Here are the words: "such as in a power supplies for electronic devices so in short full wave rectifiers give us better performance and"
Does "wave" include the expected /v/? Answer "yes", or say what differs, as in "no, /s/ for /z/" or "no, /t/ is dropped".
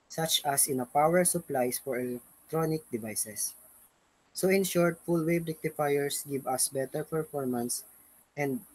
no, /b/ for /v/